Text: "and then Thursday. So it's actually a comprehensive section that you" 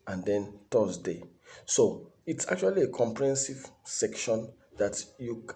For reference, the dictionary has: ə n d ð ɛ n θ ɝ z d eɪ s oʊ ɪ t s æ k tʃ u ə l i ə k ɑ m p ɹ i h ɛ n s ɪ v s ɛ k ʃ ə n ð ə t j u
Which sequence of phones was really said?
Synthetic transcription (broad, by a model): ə n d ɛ n t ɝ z d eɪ s oʊ ɪ t s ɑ k tʃ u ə l i ə k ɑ m p ɹ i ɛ n s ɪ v s ɛ k ʃ ə n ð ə t j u